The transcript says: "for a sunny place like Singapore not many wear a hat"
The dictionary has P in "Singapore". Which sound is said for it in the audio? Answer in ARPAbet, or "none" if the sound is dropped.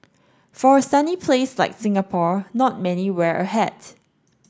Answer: P